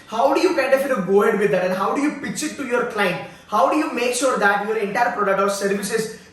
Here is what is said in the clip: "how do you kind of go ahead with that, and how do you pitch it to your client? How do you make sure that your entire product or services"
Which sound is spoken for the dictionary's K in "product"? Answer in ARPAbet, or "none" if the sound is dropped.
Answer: K